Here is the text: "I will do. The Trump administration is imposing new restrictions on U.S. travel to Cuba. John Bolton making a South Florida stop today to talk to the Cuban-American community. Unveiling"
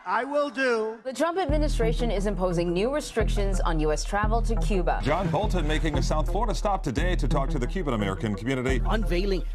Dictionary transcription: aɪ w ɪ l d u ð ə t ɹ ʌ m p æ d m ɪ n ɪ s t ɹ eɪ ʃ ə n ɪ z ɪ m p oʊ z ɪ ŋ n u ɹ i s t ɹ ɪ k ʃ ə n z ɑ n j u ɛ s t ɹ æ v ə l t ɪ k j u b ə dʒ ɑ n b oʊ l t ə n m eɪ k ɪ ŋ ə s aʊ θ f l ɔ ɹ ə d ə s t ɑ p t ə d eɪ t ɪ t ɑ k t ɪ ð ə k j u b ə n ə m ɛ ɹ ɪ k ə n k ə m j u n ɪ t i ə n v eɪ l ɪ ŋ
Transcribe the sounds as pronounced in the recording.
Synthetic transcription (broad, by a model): aɪ w ɪ l d u ð ə t ɹ ʌ m p æ d m ɪ n ɪ s t ɹ eɪ ʃ ə n ɪ z ɪ m p oʊ z ɪ ŋ n u ɹ i s t ɹ ɪ k ʃ ə n z n j u ɛ s t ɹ æ v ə l t ɪ k j u b ə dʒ ɑ n b oʊ l t ə n m eɪ k ɪ ŋ ə s aʊ θ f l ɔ ɹ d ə s t ɑ p t ə d eɪ t ɪ t ɑ k t ɪ ð ə k j u b ə n ə m ɛ ɹ ɪ k ə n k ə m j u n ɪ t i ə n v eɪ l ɪ ŋ